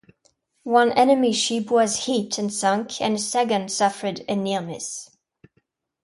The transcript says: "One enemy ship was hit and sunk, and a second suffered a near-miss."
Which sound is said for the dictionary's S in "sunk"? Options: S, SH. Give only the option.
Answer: S